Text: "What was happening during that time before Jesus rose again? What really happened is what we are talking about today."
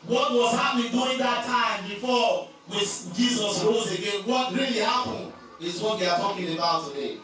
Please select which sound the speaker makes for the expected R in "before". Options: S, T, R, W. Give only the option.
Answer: W